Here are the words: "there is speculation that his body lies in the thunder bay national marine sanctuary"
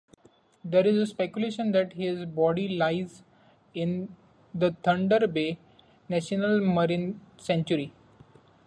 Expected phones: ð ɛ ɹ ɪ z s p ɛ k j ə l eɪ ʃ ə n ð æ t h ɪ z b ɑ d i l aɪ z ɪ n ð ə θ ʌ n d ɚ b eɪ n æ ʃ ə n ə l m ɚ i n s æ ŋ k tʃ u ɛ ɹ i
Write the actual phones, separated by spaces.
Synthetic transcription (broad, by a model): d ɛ ɹ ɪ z s p ɛ k j ə l eɪ ʃ ə n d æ t h ɪ z b ɑ d i l aɪ z ɪ n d ə t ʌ n d ɚ b eɪ n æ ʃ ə n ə l m ɚ i n s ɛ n tʃ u ɹ i